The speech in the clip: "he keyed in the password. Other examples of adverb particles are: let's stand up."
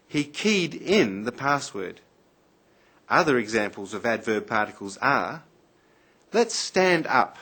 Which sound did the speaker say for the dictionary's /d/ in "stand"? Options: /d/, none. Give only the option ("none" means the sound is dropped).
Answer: /d/